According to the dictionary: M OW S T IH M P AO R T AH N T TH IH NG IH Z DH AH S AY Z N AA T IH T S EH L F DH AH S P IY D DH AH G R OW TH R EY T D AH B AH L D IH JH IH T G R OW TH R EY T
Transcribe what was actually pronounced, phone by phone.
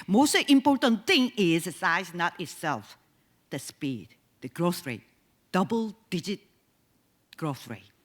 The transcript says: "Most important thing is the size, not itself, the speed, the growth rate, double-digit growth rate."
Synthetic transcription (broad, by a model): M OW S T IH M P AO R T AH N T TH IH NG IH Z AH S AY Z N AA T IH T S EH L F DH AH S P IY D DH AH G R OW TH R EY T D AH B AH L D IH JH IH T G R OW TH R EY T